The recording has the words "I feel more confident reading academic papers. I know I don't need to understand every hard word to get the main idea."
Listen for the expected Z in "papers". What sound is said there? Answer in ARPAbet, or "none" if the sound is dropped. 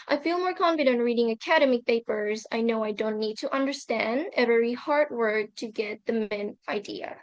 Z